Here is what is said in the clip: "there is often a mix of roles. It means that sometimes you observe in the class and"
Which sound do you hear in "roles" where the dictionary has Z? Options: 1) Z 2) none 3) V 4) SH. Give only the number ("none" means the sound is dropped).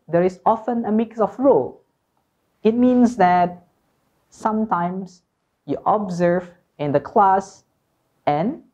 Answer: 2